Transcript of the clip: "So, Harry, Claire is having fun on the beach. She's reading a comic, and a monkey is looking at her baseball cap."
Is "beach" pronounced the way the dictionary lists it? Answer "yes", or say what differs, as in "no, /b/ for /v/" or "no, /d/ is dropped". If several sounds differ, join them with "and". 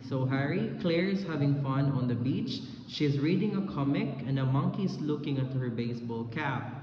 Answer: yes